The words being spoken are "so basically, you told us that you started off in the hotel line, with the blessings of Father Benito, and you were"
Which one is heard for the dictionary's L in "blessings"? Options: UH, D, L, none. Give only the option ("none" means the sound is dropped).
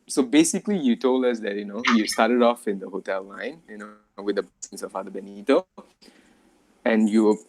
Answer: none